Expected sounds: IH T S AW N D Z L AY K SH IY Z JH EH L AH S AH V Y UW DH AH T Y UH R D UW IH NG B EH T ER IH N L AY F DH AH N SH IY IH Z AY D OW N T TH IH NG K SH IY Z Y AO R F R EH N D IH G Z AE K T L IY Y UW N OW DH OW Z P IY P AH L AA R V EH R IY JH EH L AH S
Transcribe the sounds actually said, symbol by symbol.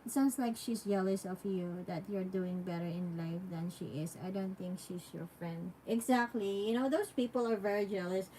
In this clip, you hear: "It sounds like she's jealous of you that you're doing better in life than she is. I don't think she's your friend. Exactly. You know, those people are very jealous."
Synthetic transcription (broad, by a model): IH T S AW N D S L AY K SH IY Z JH EH L AH S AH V Y UW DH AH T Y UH R D UW IH NG B EH T ER IH N L AY F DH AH N SH IY IH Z AY D OW N T TH IH NG K SH IY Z Y AO R F R EH N D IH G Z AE K T L IY Y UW N OW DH OW S P IY P AH L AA R V EH R IY JH EH L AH S